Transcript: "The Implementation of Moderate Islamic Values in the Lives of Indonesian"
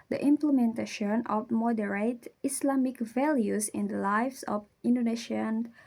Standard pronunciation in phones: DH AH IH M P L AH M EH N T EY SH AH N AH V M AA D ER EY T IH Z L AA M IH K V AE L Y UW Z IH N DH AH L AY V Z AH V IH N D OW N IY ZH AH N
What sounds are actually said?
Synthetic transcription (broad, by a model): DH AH IH M P L AH M EH N T EY SH AH N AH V M AA D ER EY T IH S L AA M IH K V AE L Y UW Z IH N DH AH L AY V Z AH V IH N D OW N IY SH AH N